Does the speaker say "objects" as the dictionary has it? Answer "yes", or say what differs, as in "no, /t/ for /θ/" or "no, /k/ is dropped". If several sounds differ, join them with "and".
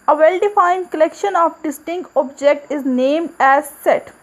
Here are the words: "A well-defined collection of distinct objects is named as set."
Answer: no, /s/ is dropped